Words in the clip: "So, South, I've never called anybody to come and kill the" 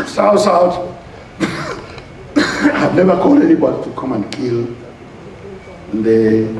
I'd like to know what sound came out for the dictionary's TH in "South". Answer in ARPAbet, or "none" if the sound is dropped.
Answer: T